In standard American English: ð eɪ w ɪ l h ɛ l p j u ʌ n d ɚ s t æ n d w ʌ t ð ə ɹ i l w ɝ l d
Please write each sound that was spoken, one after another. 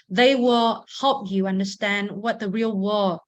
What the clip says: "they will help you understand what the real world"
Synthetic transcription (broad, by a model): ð eɪ w ɪ l h ɛ l p j u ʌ n d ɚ s t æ n d w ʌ t ð ə ɹ i l w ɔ